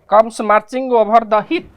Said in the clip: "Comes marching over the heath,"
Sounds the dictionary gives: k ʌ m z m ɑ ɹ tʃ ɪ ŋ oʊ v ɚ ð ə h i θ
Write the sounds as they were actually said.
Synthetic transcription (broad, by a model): k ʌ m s m ɑ ɹ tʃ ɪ ŋ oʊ b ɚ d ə h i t